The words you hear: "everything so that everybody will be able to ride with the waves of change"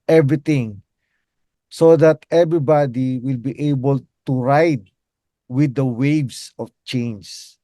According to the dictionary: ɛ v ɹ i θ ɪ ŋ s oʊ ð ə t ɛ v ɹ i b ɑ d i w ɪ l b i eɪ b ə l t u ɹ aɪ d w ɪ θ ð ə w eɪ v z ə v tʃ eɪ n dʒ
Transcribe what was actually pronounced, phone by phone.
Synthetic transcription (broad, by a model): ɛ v ɹ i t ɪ ŋ s oʊ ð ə t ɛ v ɹ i b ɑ d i w ɪ l b i eɪ b ə l t u ɹ aɪ d w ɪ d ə w eɪ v s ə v tʃ eɪ n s